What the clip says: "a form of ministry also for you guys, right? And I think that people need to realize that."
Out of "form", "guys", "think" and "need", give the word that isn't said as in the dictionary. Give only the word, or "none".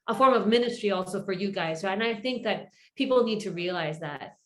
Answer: none